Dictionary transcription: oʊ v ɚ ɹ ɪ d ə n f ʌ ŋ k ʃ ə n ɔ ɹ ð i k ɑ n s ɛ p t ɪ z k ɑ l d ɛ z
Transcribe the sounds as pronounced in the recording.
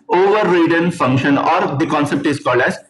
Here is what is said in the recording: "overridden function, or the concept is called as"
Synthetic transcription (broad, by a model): oʊ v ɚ ɹ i d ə n f ʌ ŋ k ʃ ə n ɔ ɹ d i k ɑ n s ɛ p t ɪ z k ɑ l d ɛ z